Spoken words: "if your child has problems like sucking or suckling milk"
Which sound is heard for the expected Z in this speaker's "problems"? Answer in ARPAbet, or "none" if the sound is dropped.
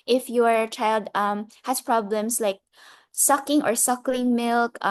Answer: S